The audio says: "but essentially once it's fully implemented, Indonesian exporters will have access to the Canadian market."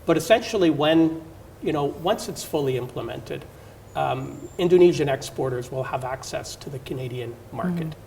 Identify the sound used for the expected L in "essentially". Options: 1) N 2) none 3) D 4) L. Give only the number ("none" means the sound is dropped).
1